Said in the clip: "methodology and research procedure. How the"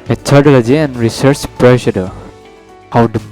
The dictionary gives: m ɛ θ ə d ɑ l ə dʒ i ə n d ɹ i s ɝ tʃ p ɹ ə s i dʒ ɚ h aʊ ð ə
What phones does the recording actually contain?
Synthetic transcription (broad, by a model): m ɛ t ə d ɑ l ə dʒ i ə n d ɹ i s ɝ tʃ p ɹ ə ʃ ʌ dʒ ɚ h aʊ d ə